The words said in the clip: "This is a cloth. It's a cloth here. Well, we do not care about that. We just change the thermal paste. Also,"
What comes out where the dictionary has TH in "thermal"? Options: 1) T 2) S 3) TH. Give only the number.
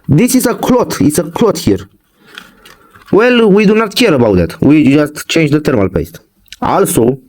1